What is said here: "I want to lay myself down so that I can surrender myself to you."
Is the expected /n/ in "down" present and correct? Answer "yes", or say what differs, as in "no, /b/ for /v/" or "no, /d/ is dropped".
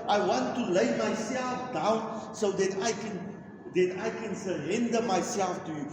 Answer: yes